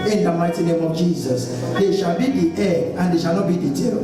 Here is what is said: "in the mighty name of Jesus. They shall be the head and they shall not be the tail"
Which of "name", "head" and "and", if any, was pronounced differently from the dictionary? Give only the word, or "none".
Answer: head